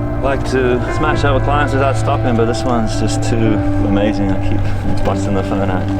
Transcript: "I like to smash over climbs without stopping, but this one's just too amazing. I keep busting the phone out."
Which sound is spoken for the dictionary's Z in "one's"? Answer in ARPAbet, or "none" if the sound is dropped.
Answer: Z